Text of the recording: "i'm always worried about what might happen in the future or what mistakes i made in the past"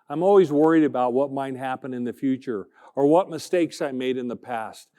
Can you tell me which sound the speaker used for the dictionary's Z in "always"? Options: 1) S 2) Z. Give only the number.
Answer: 2